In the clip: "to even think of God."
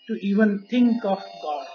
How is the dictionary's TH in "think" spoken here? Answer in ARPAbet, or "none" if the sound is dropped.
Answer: T